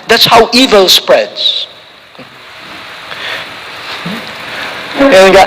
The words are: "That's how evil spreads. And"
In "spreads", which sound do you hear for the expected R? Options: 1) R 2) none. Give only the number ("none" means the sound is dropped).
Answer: 1